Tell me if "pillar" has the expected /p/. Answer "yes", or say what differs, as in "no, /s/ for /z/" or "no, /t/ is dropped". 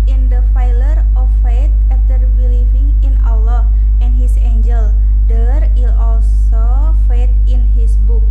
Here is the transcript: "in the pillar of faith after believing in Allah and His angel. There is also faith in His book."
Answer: no, /f/ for /p/